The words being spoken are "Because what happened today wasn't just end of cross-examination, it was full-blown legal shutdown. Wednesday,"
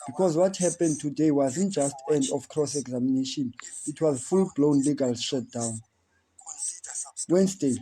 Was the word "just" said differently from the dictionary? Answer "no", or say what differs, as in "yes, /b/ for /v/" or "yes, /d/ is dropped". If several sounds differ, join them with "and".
no